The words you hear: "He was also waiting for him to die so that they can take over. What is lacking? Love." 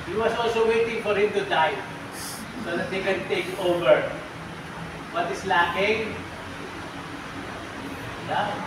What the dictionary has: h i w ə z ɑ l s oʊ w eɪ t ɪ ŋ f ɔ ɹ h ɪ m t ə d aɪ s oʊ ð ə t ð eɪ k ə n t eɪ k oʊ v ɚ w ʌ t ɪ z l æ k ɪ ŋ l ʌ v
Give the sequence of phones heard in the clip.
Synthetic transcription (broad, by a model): h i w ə s ɑ l s oʊ w eɪ t ɪ ŋ f ɔ ɹ h ɪ m t ə d aɪ s oʊ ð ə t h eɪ k ə n t eɪ k oʊ v ɚ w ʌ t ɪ s l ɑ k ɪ ŋ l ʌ